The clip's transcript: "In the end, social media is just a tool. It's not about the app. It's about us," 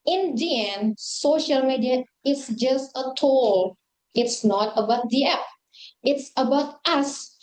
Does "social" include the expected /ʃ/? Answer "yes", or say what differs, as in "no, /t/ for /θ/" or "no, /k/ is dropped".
yes